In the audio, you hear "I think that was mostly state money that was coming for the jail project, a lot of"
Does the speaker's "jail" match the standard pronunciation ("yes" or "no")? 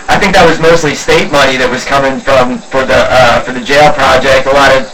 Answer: yes